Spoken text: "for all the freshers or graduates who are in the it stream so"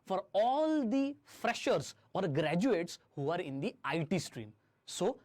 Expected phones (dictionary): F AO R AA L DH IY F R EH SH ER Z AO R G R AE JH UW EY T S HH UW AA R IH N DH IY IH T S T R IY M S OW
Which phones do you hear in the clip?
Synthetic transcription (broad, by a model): F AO R AA L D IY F R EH SH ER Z AO R G R AE JH UW EY T S HH UW AA R IH N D IY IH T S T R IY M S OW